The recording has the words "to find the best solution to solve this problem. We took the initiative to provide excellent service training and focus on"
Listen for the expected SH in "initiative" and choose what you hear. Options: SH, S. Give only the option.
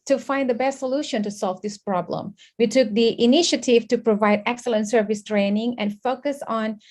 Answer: SH